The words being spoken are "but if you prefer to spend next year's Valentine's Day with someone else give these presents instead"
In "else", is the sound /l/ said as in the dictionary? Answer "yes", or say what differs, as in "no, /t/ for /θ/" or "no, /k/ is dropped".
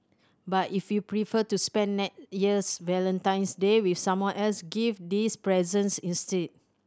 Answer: yes